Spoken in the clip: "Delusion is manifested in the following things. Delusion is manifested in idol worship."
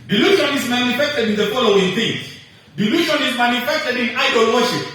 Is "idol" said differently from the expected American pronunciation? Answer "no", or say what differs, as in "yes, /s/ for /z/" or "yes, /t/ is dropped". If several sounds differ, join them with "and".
no